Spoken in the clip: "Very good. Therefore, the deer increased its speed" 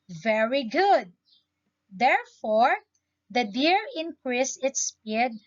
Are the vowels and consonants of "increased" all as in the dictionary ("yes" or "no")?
no